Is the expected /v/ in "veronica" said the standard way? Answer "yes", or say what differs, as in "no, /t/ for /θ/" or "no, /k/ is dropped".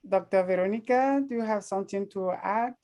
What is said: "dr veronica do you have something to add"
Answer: yes